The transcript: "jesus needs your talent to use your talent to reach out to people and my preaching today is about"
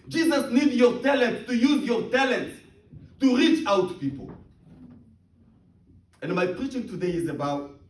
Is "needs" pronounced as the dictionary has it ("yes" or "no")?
no